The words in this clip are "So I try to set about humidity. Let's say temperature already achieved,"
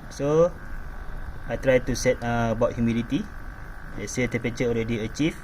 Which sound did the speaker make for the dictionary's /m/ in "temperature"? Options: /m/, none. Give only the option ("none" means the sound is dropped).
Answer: none